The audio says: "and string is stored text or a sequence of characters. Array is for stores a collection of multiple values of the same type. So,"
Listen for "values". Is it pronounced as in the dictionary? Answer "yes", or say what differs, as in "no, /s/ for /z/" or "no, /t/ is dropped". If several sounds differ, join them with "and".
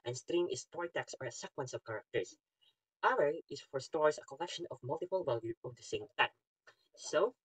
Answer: no, /z/ is dropped